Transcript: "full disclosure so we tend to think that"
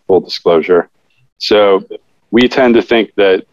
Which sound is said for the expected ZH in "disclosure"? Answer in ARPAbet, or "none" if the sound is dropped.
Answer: ZH